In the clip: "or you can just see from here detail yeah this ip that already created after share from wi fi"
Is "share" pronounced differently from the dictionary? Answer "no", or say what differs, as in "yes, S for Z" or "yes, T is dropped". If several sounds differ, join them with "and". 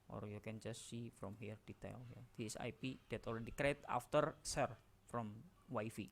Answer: yes, S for SH